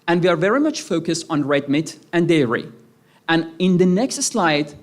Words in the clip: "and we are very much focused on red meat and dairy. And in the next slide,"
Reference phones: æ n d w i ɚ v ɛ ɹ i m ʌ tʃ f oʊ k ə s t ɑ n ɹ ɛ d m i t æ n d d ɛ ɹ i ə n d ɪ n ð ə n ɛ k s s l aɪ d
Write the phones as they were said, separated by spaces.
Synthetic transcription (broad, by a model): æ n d w i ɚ v ɛ ɹ i m ʌ tʃ f oʊ k ə s t ɑ n ɹ ɛ d m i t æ n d d ɛ ɹ i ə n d ɪ n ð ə n ɛ k s s l aɪ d